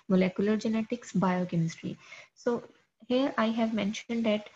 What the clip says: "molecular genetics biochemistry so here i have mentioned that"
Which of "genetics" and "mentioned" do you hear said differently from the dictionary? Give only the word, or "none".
none